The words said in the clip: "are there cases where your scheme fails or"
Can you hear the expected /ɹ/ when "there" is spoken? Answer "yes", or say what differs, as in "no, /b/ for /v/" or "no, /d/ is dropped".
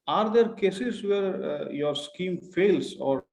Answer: yes